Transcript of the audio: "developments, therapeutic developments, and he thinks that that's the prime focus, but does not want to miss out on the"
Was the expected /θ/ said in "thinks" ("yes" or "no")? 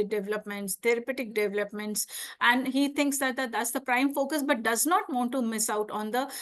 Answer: no